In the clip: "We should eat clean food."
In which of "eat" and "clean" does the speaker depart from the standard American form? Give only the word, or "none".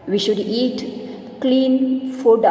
none